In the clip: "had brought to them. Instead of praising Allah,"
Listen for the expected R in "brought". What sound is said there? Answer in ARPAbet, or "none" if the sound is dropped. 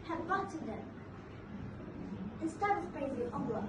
none